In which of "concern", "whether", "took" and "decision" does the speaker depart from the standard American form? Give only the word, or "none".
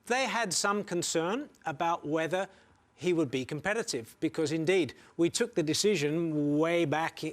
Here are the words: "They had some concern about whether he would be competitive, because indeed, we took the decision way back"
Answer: none